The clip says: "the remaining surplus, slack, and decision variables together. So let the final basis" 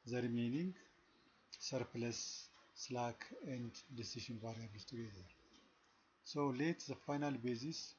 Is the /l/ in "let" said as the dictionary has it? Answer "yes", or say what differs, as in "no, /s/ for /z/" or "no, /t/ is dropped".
yes